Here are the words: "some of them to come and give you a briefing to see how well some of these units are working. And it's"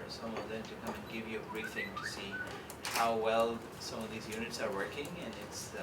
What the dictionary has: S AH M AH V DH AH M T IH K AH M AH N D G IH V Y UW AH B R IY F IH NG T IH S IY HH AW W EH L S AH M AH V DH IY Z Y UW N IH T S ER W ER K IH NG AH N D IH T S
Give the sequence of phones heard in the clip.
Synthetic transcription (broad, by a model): S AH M AH V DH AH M T IH K AH M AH N G IH V Y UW AH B R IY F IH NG T IH S IY HH AW W EH L S AH M AH V DH IY Z Y UW N IH T S ER W ER K IH NG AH N IH T S